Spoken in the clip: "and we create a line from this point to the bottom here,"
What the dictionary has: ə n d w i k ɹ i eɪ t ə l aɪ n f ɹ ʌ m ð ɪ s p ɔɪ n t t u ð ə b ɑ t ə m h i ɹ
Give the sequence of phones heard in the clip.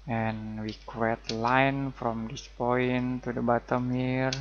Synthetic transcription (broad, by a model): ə n w i k i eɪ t l aɪ n f ɹ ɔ m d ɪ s p ɔɪ n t t u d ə b ɑ t ə m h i ɹ